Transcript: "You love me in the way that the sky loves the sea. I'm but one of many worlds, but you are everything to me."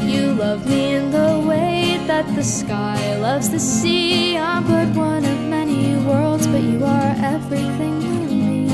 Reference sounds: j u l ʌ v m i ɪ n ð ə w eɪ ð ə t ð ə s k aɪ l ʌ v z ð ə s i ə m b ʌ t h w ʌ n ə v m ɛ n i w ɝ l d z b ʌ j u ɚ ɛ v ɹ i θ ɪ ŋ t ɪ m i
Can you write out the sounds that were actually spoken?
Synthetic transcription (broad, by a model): j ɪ l ʌ v m i ɪ n ð ə w eɪ ð ə t ð ə s k aɪ l ʌ v z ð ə s i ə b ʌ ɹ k w ʌ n ə v m ɛ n i w ɝ l d z b ʌ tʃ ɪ ɚ ɛ v ɹ i θ ɪ ŋ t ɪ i